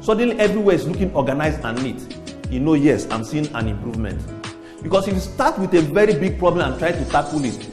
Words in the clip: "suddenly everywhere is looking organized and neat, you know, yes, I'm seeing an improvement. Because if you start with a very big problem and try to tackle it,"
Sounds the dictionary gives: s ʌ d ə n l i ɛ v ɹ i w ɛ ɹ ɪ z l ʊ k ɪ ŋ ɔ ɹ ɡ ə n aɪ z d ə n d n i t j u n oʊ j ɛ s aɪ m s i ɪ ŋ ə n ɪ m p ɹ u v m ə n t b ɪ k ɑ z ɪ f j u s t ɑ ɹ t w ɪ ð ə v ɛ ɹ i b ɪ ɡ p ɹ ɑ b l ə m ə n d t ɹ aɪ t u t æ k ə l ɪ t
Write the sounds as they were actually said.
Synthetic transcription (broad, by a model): s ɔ d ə n l i ɛ v ɹ i w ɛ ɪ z l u k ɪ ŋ ɔ ɡ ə n aɪ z ə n n i t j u n oʊ j ɛ s aɪ m s i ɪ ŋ ə n ɪ m p ɹ u v m ə n t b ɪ k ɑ s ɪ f s t ɑ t w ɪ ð ə v ɛ ɹ i b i ɡ p ɹ ɑ b l ə m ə n t ɹ aɪ t u t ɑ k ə l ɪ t